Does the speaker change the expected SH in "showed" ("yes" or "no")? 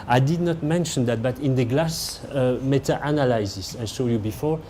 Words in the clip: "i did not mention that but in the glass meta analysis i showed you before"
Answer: yes